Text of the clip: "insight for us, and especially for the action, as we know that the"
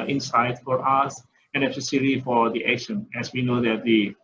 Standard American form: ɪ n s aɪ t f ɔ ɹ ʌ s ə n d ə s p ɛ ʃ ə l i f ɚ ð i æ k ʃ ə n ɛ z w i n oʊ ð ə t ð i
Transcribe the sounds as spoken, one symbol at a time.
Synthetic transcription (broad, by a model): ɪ n s aɪ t f ɔ ɹ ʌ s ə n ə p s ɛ s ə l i f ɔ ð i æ k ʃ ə n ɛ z w i n oʊ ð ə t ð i